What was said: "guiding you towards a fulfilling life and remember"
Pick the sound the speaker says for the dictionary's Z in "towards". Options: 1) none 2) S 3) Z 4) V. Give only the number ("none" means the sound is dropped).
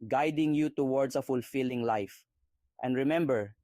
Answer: 2